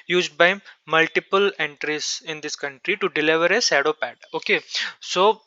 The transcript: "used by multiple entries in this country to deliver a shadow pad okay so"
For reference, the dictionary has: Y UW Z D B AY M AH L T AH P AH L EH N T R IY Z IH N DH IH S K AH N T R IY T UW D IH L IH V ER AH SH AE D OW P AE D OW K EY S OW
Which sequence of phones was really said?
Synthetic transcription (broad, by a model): Y UW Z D B AY M AH L T AH P AH L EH N T R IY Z IH N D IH S K AH N T R IY T UW D IH L IH V ER AH S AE D OW P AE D OW K EY S OW